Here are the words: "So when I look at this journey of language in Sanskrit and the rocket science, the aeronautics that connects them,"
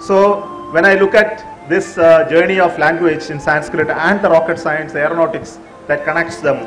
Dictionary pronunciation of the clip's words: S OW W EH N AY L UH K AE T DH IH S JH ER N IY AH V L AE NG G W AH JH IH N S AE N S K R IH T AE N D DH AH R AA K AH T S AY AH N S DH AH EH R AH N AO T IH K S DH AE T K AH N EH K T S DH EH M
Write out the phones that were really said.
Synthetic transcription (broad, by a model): S OW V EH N AY L UH K AE T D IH S JH ER N IY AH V L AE NG G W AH JH IH N S AE N S K R IH T AE N D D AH R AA K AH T S AY AH N S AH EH R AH N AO T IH K S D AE T K AH N EH K T S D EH M